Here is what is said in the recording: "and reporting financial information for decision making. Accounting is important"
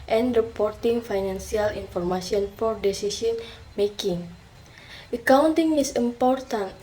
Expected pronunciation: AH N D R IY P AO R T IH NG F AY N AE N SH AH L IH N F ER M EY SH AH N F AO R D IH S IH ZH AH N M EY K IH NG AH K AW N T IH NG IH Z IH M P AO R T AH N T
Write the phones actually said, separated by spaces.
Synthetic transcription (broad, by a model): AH N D R IY P AO R T IH NG F AY N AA N S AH L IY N F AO M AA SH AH N F AO R D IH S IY S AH N M EY K IH NG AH K AW N T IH NG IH S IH M P AO R T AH N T